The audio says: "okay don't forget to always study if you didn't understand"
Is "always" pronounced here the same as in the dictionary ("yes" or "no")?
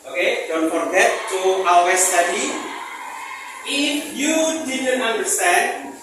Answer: no